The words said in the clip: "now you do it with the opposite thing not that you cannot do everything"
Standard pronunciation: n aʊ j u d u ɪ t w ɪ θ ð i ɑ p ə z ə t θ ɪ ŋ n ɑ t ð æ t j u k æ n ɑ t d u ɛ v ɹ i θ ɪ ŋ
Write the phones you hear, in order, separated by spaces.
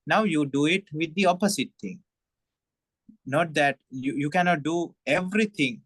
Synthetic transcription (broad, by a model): n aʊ j u d u ɪ t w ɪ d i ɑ p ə s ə t t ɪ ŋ n ɑ t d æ t j u k æ n ɑ t d u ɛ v ɹ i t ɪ ŋ